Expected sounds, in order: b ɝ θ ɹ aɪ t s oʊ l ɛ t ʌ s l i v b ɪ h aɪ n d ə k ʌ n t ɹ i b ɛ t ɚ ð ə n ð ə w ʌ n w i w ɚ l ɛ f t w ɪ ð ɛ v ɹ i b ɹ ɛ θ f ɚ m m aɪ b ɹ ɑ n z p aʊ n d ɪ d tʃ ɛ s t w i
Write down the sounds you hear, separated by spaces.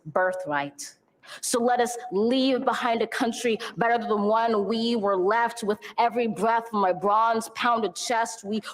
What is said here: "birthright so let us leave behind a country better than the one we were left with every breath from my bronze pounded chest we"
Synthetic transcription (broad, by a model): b ɝ θ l aɪ t s oʊ l ɛ t ʌ s l i v b ɪ h aɪ n d ə k ʌ n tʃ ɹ i b ɛ t ɚ ð ə n w ʌ n w i w ɚ l ɛ f t w ɪ ð ɛ v ɹ i b ɹ ɛ θ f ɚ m m aɪ b ɹ ɑ n z p aʊ n d ɪ d tʃ ɛ s t w i